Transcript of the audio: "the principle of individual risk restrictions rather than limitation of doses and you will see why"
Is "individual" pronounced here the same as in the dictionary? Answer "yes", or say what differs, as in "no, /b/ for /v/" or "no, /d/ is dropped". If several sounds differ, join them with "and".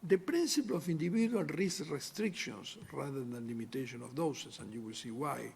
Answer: no, /b/ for /v/